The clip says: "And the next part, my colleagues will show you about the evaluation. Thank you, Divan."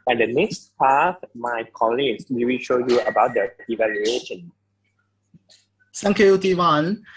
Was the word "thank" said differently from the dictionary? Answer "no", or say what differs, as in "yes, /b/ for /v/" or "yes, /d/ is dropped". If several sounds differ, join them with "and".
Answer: yes, /s/ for /θ/